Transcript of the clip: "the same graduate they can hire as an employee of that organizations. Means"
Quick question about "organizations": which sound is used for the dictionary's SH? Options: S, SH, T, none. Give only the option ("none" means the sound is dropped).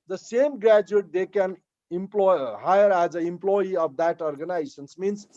S